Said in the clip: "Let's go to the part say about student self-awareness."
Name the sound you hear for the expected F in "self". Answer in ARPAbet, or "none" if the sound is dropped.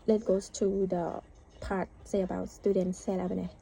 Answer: none